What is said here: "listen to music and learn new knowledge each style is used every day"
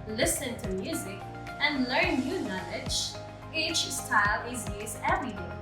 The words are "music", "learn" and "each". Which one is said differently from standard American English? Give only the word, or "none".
none